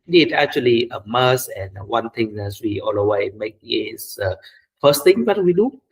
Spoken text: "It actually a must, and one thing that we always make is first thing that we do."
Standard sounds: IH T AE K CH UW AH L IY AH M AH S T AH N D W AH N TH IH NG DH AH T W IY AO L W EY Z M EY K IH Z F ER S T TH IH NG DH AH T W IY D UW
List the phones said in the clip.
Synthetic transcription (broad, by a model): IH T AE K CH UW AH L IY AH M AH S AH N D W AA N T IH NG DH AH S W IY AO L W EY M EY K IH S F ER S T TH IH NG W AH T W IY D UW